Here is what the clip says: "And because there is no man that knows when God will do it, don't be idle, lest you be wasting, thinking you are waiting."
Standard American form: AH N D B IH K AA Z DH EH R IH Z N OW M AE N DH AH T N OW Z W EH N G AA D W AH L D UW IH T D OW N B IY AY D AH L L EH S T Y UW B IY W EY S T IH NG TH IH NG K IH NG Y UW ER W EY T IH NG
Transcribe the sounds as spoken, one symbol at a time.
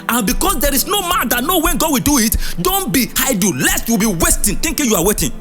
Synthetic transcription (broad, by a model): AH N B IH K AA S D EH R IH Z N OW M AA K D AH T N OW W EH N G AA D W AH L D UW IH T D OW N B IY AY D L L EH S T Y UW B IY W EY S T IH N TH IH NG K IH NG Y UW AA W EY T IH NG